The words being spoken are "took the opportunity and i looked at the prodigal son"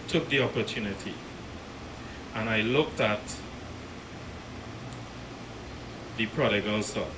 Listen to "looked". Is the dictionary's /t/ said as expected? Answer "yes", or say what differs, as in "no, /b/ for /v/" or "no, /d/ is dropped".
yes